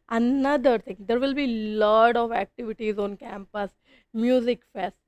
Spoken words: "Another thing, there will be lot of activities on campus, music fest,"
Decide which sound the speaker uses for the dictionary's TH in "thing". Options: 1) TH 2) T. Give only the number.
2